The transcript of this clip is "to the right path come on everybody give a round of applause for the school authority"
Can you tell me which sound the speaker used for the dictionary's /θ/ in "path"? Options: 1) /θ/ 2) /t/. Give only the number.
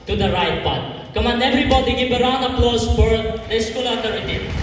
2